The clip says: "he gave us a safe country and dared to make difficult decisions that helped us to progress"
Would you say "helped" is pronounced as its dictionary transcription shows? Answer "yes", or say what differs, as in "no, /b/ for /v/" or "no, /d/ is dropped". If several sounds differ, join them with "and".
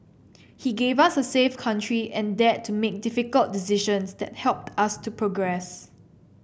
yes